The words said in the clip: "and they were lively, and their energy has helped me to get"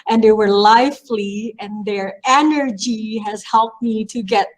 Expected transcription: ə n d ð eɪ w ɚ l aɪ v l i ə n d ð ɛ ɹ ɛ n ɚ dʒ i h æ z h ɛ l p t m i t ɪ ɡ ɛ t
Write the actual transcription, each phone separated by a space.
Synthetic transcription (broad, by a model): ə n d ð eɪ w ɚ l aɪ f l i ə n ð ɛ ɹ ɛ n ɚ dʒ i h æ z h ɛ l p t m i t ɪ ɡ ɛ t